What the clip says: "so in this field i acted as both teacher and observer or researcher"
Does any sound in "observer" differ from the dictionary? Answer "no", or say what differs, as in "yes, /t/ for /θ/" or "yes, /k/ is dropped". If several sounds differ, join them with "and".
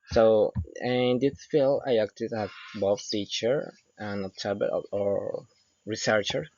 yes, /b/ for /v/